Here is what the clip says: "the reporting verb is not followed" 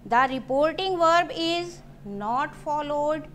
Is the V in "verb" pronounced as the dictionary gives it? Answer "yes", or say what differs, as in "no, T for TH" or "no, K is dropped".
yes